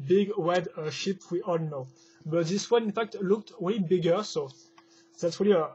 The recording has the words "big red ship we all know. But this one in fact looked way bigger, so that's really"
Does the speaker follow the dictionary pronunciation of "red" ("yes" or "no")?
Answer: no